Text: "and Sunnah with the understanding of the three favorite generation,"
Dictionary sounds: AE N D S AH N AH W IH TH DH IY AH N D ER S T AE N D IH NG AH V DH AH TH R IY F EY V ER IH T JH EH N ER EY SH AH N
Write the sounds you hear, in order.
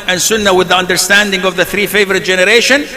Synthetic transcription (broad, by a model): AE N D S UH N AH W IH DH IY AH N D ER S T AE N D IH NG AH V DH AH TH R IY F EY V ER IH T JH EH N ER EY SH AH N